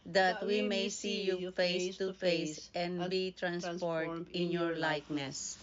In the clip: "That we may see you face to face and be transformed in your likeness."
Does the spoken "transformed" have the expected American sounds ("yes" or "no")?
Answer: no